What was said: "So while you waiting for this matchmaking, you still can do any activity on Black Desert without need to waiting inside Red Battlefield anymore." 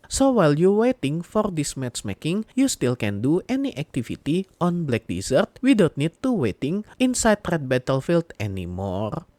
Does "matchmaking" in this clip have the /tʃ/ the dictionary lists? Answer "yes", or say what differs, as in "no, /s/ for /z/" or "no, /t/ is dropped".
no, /s/ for /tʃ/